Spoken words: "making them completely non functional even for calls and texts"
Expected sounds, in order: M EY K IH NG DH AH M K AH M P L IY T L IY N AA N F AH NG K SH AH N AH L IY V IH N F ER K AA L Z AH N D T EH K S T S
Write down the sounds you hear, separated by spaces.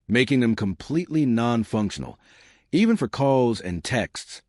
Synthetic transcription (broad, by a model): M EY K IH NG DH AH M K AH M P L IY T L IY N AA N F AH NG K SH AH N L IY V IH N F ER K AA L Z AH N T EH K S T S